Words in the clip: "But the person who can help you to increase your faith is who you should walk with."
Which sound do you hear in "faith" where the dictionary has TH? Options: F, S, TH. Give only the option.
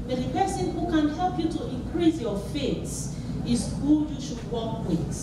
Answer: S